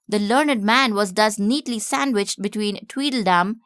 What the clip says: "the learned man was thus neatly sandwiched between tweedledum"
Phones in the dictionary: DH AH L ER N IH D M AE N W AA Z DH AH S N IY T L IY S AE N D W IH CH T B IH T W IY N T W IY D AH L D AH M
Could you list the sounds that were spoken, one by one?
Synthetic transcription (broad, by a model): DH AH L ER N IH D M AE N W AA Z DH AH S N IY T L IY S AE N D W IH CH T B IH T W IY N T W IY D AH L D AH M